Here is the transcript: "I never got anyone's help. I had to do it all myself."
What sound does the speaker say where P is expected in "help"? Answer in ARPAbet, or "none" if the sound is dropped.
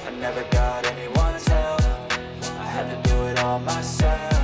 none